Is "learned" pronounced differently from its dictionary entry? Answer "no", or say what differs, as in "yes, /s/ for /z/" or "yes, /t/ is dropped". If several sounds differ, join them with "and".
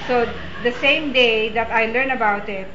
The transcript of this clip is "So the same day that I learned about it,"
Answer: yes, /d/ is dropped